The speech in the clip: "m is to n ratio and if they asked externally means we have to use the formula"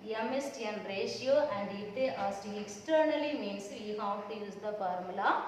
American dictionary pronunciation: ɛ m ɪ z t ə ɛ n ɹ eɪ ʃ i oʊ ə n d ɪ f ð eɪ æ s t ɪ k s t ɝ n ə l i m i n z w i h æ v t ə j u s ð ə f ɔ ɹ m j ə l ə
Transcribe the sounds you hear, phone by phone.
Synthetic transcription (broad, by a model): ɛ m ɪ s t ə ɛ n ɹ eɪ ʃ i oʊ ə n d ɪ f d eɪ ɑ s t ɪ k s t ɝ n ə l i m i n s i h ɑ f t j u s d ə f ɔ ɹ m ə l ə